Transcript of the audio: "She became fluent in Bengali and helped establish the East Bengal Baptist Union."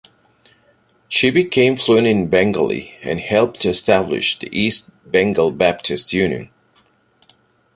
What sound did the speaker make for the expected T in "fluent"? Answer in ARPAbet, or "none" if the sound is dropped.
none